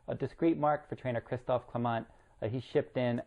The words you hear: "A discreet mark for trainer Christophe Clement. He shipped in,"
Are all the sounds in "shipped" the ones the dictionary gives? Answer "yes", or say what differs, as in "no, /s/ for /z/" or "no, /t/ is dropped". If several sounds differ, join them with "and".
yes